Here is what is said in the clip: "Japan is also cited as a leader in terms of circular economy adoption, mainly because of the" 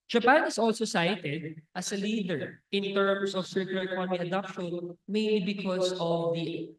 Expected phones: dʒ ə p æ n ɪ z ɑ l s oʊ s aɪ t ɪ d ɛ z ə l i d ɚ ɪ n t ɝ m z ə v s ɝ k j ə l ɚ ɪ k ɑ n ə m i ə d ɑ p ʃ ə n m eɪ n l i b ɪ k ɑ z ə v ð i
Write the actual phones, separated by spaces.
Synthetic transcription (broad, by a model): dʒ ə p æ n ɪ s ɑ l s oʊ s aɪ t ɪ d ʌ s ə l i d ɚ ɪ n t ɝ m s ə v s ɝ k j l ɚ ɪ k ɑ n ə m i ə d ɑ p ʃ ə n m eɪ n l i b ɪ k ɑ s ə v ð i